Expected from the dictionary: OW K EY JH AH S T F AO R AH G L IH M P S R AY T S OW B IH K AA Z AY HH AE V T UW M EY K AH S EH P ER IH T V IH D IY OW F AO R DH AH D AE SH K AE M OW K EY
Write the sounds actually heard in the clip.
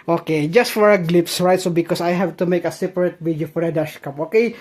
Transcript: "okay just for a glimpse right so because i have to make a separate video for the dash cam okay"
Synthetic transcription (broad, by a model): OW K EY JH AH S T F AO R AH G L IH P S R AY T S OW B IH K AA S AY HH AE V T UW M EY K AH S EH P ER IH T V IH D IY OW F AO R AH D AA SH K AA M OW K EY